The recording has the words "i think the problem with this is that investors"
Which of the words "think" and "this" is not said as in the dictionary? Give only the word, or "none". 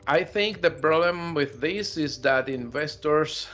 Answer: none